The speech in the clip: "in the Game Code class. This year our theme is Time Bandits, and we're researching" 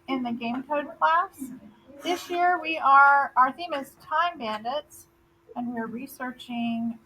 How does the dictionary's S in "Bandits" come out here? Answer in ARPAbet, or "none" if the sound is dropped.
S